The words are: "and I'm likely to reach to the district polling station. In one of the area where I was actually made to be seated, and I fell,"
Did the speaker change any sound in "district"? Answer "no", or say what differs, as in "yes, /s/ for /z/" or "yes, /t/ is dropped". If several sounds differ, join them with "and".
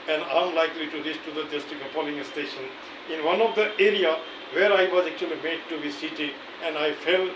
yes, /ɹ/ is dropped